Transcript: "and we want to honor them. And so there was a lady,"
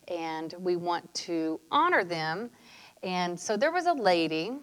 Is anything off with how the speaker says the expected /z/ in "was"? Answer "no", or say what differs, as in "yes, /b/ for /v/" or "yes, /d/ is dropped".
no